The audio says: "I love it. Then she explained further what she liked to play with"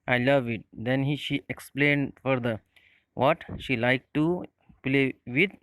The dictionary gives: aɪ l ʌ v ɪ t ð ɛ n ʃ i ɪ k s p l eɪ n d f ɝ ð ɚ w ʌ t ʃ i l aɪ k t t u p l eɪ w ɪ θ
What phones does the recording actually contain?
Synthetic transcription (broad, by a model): aɪ l ʌ v ɪ t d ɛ n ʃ i ɪ k s p l eɪ n d f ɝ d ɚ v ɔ t ʃ i l aɪ k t t u p l eɪ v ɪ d